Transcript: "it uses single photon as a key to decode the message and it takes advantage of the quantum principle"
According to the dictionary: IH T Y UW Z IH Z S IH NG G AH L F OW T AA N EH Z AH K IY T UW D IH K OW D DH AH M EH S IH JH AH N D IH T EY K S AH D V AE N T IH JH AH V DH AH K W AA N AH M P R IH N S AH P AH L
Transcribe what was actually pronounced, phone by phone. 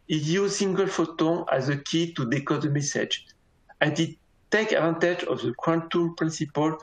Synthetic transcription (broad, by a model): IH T Y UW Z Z S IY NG G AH L F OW T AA EH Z AH K IY T UW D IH K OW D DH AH M EH S IH JH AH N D IH T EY K AH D V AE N T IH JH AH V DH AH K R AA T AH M P R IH N S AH P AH L